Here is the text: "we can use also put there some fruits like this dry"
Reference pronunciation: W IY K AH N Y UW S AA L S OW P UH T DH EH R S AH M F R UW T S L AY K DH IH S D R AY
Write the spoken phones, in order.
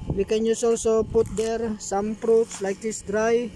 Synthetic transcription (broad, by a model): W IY K AH N Y UW S AA L S OW P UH T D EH R S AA M P R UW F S L AY K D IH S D R AY